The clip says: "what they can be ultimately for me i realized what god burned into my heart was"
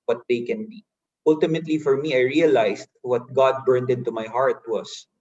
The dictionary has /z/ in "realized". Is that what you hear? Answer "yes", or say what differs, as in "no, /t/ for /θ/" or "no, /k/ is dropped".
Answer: no, /s/ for /z/